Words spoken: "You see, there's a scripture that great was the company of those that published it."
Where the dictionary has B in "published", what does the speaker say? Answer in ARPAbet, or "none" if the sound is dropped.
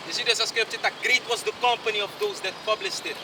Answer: B